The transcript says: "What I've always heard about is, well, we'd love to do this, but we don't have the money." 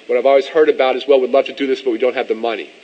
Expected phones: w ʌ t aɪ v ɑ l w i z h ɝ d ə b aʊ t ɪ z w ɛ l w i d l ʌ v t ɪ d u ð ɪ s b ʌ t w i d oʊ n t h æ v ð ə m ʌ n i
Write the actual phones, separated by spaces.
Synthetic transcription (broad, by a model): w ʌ t aɪ v ɑ l w i z h ɝ d ə b aʊ t ɪ z w ɛ l w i d l ʌ v t ɪ d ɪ ð ɪ s b ʌ t w i d oʊ n t h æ v ð ə m ʌ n i